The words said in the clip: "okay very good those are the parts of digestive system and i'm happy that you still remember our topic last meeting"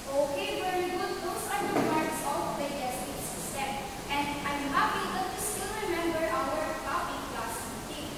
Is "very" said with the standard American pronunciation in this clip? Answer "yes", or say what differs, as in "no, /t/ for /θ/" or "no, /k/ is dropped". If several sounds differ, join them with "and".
no, /w/ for /v/